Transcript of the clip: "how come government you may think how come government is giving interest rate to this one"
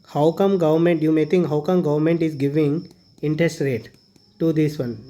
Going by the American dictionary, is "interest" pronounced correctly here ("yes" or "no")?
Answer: yes